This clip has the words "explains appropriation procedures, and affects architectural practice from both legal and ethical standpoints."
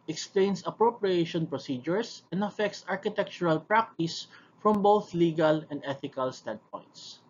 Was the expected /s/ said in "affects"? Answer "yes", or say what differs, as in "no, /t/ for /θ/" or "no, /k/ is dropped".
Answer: yes